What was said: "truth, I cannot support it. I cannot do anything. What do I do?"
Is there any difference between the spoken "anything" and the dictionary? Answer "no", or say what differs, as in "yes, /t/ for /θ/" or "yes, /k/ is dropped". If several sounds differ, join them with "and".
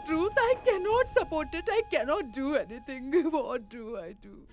yes, /t/ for /θ/